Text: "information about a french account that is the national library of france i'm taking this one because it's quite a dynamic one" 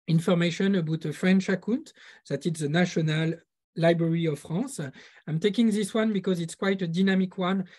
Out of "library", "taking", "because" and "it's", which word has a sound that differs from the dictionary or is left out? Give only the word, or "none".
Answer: none